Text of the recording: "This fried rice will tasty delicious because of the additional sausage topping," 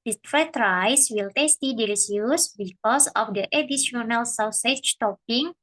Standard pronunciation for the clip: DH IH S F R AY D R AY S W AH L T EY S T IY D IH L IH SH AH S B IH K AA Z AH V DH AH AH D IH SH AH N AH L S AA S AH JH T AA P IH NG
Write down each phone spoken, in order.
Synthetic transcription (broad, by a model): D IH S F AY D R AY S W AH L T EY S T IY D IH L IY S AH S B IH K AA S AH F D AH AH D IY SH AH N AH L S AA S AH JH T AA P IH NG